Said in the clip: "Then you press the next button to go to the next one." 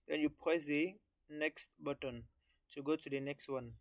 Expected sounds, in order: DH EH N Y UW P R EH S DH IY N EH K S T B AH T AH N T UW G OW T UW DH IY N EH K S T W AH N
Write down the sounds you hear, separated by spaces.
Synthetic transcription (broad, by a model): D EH N Y UW P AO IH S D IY N EH K S T B AH T AH N T UW G OW T UW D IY N EH K S T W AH N